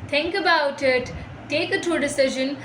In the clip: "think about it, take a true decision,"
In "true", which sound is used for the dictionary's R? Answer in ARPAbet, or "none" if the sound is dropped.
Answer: none